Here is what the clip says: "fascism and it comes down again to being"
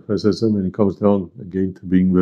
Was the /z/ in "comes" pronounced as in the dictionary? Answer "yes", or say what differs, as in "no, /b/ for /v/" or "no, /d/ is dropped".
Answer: yes